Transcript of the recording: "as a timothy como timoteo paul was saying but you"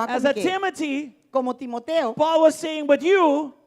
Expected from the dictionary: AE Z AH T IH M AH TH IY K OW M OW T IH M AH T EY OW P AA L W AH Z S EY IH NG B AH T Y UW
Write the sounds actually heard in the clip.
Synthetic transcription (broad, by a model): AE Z AH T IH M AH T IY K OW M OW T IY M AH T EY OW P AA L W AH Z S EY IH NG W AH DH Y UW